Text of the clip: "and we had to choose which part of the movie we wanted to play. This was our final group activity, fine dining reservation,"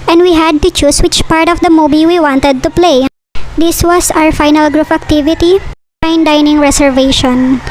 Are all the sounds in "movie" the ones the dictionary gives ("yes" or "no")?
no